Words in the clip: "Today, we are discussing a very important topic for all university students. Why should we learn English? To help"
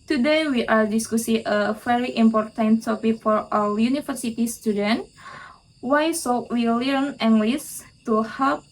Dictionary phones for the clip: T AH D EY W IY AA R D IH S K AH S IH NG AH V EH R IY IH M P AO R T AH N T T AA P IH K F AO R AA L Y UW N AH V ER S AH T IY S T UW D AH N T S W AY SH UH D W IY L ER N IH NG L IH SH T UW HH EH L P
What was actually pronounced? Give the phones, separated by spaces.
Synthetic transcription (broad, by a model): T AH D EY W IY AA R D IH S K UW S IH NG AH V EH R IY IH M P AO R T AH N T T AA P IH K F AO R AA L Y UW N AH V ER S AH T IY S T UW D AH N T W AY S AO W IY L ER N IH NG L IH S T UW HH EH L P